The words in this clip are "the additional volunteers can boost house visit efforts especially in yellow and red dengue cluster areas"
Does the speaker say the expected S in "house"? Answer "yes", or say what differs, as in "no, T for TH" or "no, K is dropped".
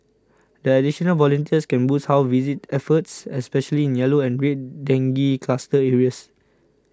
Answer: no, S is dropped